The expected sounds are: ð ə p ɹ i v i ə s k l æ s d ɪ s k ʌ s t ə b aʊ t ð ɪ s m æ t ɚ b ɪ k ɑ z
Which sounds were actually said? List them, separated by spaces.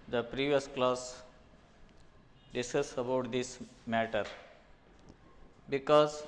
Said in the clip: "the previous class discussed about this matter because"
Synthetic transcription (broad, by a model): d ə p ɹ i v i ə s k l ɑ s d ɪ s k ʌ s ə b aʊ t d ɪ s m æ t ɚ b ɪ k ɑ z